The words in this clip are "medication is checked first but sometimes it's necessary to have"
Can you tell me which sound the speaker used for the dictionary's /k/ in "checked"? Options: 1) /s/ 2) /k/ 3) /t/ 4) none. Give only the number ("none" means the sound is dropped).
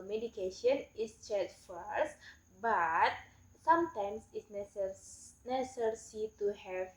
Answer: 4